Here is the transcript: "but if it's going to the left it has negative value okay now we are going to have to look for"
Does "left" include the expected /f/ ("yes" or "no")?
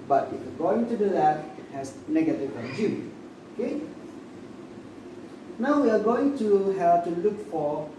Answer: no